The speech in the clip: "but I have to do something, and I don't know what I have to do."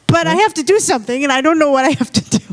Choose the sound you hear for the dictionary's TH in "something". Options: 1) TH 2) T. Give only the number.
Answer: 1